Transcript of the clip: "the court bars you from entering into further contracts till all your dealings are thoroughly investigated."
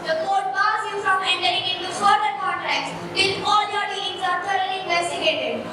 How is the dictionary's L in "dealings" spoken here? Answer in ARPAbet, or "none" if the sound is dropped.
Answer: none